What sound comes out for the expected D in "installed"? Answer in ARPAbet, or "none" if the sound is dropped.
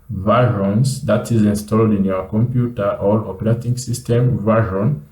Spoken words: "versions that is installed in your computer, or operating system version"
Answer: D